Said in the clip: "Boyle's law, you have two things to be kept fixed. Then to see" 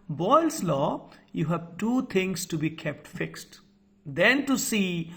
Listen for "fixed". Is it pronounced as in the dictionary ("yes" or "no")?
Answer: yes